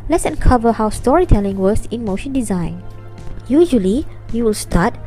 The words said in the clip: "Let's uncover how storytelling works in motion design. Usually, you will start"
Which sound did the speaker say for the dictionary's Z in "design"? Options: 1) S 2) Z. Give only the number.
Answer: 2